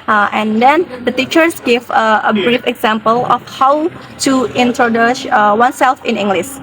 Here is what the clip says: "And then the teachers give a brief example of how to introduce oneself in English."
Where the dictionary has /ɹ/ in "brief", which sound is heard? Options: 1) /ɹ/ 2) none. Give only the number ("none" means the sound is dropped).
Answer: 1